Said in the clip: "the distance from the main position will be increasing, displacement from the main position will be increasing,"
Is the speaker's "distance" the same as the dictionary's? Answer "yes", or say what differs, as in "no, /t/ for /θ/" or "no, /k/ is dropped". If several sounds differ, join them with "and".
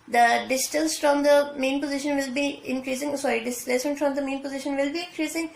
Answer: no, /l/ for /n/